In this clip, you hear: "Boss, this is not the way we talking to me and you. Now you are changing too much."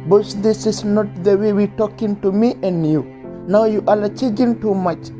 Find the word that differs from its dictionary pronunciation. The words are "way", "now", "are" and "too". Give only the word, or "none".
are